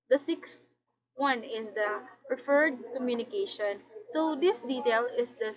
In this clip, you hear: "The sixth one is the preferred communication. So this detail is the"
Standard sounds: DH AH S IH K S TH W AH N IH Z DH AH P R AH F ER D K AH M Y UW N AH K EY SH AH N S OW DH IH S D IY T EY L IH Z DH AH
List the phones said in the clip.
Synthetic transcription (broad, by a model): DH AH S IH K S T W AH N IH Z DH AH P R AH F ER D K AH M Y UW N AH K EY SH AH N S OW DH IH S D IY T EY L IH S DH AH